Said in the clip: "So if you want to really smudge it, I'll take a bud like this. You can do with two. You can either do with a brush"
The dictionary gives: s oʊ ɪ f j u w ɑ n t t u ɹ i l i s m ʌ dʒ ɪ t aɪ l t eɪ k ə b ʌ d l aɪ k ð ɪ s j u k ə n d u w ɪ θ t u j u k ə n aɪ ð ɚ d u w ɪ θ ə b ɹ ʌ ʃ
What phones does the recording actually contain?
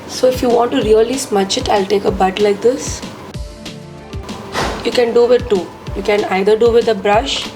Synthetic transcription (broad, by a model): s oʊ ɪ f j u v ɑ n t t u ɹ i l i s m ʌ tʃ ɪ t aɪ l t eɪ k ə b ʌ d l aɪ k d ɪ s j u k ə n d u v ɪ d t u j u k ə n aɪ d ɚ d u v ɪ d ə b ɹ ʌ ʃ